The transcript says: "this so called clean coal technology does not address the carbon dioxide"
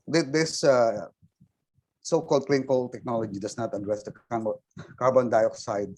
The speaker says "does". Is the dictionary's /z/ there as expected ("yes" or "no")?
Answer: no